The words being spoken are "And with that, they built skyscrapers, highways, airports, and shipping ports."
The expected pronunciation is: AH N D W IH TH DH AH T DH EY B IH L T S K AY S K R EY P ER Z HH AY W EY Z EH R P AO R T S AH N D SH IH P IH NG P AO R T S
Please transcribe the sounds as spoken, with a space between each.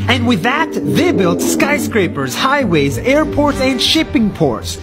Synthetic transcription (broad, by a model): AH N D W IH DH AH T DH EY B IH L T S K AY S K R EY P ER Z HH AY W EY Z EH R P AO R T S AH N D SH IH P IH NG P AO R T S